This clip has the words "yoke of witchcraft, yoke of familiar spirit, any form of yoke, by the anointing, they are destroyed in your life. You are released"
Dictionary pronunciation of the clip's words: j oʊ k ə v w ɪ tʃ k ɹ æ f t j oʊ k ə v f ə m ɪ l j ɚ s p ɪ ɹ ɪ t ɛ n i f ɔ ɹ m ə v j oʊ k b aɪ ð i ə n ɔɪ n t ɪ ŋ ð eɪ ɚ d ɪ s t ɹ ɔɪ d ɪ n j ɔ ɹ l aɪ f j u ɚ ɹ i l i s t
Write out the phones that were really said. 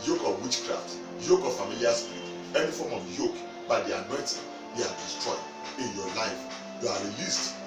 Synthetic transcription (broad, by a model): j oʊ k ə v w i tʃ k ɹ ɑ f t j oʊ k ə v f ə m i l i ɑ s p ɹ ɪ ɛ n i f ɔ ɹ m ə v j oʊ k b aɪ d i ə n ɔɪ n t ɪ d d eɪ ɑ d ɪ s t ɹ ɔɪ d ɪ n j ɔ l aɪ f j u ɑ ɹ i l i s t